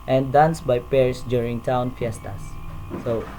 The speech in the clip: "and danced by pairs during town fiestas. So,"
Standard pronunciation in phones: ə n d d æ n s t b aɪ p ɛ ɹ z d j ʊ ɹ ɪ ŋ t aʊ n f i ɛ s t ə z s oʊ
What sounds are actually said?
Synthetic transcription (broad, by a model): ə n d d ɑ n s b aɪ p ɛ ɹ s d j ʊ ɹ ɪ ŋ t aʊ n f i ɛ s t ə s oʊ